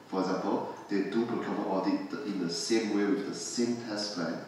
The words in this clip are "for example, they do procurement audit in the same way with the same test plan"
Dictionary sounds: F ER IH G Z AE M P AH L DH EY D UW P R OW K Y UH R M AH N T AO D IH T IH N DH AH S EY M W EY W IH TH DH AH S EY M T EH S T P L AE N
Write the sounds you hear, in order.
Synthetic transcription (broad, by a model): F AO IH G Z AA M P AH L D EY D UW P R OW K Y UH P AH T AO D IH T IH N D AH S EY M W EY W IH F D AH S EY M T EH S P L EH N